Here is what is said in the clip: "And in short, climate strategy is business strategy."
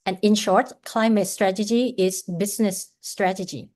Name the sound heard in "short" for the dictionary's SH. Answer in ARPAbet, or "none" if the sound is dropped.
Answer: SH